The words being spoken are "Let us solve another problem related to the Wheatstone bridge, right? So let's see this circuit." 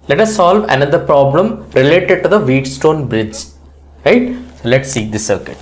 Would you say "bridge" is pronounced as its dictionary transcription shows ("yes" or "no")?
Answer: yes